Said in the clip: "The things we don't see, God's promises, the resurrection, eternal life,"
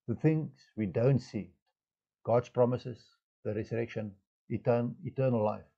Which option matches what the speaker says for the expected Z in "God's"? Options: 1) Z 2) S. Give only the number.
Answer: 2